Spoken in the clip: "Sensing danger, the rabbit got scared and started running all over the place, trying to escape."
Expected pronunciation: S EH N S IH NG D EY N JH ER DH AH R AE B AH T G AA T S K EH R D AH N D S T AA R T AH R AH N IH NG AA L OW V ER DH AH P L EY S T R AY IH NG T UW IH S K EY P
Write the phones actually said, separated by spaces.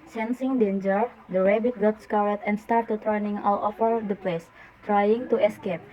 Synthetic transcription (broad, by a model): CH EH N S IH NG D EY N JH ER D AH R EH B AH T G AA T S K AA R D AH N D S T AA R T AH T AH N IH NG AA L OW F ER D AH P L EY S T R AY IH NG T UW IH S K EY P